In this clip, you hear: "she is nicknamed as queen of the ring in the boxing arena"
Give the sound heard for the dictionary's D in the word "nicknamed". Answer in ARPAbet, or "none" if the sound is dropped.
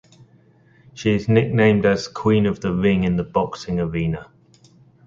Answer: D